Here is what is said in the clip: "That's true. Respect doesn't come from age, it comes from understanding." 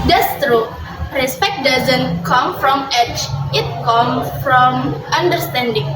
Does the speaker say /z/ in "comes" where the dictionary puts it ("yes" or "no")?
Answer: no